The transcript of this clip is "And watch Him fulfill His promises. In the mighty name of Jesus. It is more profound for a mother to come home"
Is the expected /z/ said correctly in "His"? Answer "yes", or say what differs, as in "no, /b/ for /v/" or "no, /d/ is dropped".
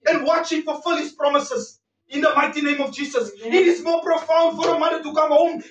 no, /s/ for /z/